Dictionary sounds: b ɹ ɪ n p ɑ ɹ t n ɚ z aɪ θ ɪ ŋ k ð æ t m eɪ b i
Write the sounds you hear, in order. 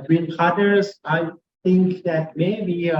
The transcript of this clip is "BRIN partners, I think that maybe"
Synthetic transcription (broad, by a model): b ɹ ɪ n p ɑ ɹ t ɚ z aɪ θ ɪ ŋ k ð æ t m eɪ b i